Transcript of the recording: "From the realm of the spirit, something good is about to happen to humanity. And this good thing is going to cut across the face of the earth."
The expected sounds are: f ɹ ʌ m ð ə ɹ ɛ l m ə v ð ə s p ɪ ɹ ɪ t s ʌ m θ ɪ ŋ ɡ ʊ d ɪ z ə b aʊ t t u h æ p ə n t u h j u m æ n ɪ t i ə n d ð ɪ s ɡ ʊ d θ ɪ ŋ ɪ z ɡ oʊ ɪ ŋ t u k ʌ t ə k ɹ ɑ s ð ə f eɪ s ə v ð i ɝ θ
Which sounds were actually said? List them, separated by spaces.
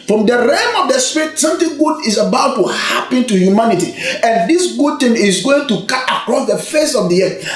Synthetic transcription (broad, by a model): f ɹ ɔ m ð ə ɹ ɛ m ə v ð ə s p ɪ ɹ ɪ t s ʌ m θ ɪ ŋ ɡ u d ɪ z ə b aʊ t t u h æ p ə n t u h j u m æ n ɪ t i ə n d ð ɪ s ɡ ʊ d t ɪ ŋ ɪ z ɡ oʊ ɪ ŋ t u k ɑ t ə k ɹ ɑ s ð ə f eɪ s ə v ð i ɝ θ